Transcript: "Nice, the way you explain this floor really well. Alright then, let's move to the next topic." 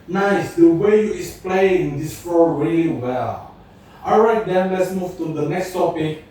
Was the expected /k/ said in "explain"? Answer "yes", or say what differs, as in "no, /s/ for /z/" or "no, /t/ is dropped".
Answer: no, /k/ is dropped